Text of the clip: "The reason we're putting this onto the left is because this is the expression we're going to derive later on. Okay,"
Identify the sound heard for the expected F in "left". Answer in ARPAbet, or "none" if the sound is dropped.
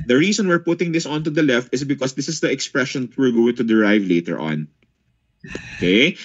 F